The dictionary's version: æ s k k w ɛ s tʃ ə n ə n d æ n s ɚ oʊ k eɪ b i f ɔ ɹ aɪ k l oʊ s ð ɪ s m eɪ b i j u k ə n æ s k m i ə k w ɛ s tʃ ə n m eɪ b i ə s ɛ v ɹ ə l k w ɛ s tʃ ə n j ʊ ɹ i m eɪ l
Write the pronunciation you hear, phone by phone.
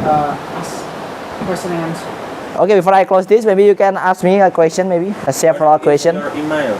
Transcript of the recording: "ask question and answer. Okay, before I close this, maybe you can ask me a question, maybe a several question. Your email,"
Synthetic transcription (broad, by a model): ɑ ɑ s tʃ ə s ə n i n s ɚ oʊ k eɪ b i f ɔ ɹ aɪ k l oʊ s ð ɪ s m eɪ b i j u k ə n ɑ s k m i ə k w ɛ s tʃ ə n m eɪ b i ə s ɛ f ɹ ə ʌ k w ɛ s tʃ ə n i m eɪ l